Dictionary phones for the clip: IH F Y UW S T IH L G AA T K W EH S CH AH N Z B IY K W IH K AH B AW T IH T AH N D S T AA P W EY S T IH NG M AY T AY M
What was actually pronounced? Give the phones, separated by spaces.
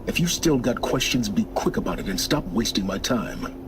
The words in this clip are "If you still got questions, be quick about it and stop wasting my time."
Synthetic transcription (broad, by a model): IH F Y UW S T IH L G AA T K W EH S CH AH N Z B IY K W IH K AH B AW T IH T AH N S T AA P W EY S T IH NG M AY T AY M